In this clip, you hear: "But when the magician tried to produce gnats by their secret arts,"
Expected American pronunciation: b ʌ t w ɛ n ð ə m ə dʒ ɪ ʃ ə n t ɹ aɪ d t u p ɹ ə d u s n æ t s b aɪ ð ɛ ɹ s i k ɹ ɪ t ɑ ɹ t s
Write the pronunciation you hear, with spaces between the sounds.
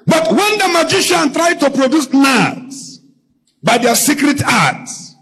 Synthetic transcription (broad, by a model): b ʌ t w ɛ n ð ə m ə dʒ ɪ ʃ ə n t ɹ aɪ d t u p ɹ ə d u s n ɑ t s b aɪ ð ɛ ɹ s i k ɹ ɪ t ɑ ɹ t s